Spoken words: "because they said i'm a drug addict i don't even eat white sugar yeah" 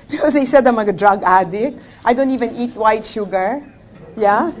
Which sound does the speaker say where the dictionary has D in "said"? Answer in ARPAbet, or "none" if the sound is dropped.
D